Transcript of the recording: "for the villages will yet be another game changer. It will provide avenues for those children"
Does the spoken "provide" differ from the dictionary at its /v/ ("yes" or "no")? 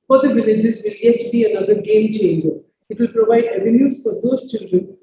no